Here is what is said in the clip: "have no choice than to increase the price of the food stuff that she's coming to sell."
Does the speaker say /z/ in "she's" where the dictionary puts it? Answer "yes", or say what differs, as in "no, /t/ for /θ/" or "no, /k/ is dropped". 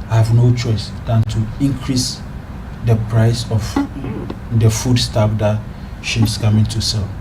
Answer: no, /s/ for /z/